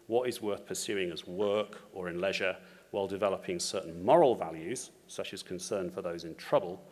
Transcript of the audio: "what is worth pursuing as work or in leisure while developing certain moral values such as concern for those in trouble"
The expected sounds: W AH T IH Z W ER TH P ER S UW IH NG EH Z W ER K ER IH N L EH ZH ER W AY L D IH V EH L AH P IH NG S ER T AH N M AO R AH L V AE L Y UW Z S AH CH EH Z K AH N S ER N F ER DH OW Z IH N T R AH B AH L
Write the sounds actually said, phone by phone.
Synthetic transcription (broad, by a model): W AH T IH Z W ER TH P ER S UW IH NG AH Z W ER K ER IH N L EH ZH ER W AY L D IH V EH L AH P IH NG S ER T N M AO R AH L V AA L Y UW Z S AH CH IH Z K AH N S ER N F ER DH OW Z IH N T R AH B AH L